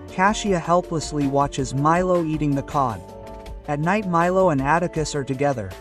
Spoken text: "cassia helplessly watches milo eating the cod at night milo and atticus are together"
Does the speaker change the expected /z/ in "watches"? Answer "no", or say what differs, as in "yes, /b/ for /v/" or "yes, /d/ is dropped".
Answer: no